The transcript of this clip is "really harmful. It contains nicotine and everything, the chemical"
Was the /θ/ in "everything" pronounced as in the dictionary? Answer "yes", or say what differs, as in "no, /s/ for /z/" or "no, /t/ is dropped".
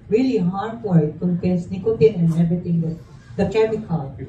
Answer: no, /t/ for /θ/